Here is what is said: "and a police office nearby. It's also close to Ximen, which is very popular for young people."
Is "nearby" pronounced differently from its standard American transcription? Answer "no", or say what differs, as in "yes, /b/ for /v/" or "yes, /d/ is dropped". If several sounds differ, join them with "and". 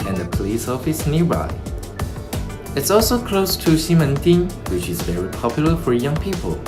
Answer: yes, /b/ is dropped